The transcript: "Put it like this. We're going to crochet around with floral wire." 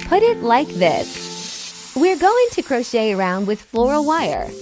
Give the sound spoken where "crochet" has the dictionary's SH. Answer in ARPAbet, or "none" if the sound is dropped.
SH